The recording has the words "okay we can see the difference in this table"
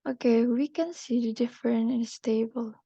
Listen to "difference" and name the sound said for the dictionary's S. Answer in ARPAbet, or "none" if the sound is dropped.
none